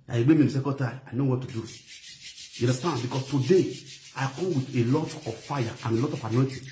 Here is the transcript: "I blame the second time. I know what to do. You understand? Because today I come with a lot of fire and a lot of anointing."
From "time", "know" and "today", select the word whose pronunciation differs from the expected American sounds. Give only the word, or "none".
time